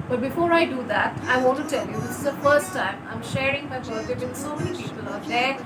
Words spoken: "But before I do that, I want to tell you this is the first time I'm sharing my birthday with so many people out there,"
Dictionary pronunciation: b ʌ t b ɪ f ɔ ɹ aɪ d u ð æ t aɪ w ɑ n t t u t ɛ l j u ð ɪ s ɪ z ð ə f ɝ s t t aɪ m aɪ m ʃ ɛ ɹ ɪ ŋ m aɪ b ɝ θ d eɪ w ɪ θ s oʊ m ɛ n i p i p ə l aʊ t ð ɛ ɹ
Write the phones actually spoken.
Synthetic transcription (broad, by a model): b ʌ t b ɪ f ɔ ɹ aɪ d u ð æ t aɪ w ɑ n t t u t ɛ l j u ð ɪ s ɪ z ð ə f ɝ s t t aɪ m aɪ m ʃ ɛ ɹ ɪ ŋ m aɪ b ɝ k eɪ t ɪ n s oʊ m ɛ n i p i p ə l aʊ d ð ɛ